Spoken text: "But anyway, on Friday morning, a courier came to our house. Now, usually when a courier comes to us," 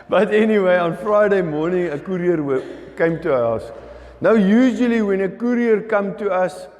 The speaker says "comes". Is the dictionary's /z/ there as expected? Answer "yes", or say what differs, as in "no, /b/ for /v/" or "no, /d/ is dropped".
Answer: no, /z/ is dropped